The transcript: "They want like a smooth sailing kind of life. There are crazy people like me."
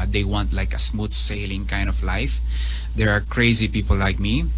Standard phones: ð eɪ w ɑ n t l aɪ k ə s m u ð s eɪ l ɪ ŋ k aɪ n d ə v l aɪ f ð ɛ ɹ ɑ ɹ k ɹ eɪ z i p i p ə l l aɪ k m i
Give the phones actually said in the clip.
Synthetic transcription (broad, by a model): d eɪ w ɑ n t l aɪ k ə s m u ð s eɪ l ɪ ŋ k aɪ n d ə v l aɪ f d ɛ ɹ ɑ ɹ k ɹ eɪ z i p i p ə l l aɪ k m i